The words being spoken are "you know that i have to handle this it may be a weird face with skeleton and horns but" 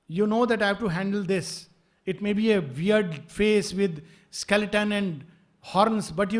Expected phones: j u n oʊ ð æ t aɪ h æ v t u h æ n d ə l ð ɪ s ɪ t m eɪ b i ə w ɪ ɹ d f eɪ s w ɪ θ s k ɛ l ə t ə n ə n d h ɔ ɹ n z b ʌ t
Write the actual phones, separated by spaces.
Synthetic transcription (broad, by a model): j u n oʊ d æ t aɪ h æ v t u h æ n d ə l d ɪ s ɪ t m eɪ b i ə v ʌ ɹ d f eɪ s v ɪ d s k ɛ l ə t ə n ə n d h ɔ ɹ n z b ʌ t